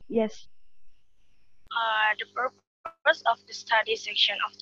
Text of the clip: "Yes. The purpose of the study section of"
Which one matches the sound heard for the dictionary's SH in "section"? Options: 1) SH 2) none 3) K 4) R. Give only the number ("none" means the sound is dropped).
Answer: 1